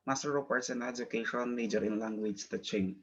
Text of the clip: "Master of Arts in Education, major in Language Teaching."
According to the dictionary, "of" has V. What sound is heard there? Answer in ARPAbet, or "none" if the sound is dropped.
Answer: P